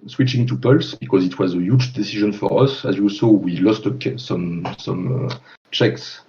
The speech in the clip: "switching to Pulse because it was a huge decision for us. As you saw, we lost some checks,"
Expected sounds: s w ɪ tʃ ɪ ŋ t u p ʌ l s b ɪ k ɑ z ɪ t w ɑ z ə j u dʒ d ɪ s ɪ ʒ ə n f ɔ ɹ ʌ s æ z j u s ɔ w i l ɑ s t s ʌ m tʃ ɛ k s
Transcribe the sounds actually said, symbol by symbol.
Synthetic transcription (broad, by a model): s w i tʃ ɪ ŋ t u p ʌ l s b ɪ k ɑ z ɪ t w ɑ z ə j u dʒ d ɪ s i ʒ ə n f ɔ ɹ ʌ s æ z j u s ɔ w i l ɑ s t s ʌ m tʃ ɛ k s